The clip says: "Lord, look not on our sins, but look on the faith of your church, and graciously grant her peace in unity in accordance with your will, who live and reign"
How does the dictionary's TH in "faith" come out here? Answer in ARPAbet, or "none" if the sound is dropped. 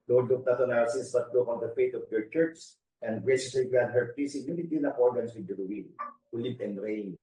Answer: T